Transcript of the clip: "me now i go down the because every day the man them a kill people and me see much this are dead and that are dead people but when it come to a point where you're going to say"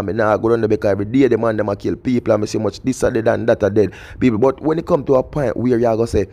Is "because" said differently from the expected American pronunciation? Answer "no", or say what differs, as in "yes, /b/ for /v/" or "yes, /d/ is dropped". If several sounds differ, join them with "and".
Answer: yes, /z/ is dropped